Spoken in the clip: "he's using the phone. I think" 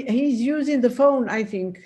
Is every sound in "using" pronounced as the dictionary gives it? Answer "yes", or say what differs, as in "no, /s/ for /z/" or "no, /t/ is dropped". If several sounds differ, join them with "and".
yes